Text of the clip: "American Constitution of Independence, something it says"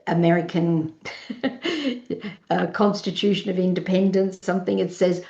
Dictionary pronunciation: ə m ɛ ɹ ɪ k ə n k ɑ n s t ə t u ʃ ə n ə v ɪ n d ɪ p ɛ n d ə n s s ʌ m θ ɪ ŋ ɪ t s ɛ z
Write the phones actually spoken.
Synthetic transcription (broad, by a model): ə m ɛ ɹ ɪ k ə n k ɑ n s t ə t u ʃ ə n ə v ɪ n d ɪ p ɛ n d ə n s s ʌ m θ ɪ ŋ ɪ t s ɛ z